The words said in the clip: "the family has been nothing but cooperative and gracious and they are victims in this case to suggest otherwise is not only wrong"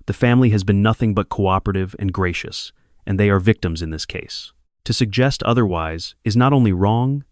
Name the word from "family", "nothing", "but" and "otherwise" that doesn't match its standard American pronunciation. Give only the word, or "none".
none